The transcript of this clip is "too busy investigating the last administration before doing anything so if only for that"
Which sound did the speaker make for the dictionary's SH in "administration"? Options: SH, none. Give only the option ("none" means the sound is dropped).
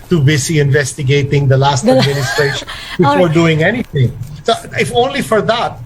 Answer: none